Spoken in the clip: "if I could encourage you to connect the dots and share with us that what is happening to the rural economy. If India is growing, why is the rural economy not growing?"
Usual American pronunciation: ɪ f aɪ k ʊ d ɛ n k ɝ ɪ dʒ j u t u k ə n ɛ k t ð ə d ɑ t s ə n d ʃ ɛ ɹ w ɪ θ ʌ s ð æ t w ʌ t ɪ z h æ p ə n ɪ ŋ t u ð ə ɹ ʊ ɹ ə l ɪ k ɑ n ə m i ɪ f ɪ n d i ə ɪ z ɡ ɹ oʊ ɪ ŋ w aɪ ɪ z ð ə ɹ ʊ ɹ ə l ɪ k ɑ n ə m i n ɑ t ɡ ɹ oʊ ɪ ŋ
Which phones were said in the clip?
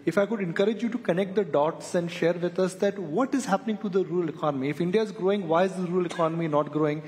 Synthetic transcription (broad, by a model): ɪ f aɪ k ʊ d ɛ n k ɝ ɪ dʒ j u t u k ə n ɛ k t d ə d ɑ t s ə n d ʃ ɛ ɹ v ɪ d ʌ s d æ t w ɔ t ɪ z h æ p ə n ɪ ŋ t u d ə ɹ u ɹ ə l ɪ k ɑ n ə m i ɪ f ɪ n d i ə ɪ z ɡ ɹ oʊ ɪ ŋ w aɪ ɪ z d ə ɹ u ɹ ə l ɪ k ɑ n ə m i n ɑ t ɡ ɹ oʊ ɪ ŋ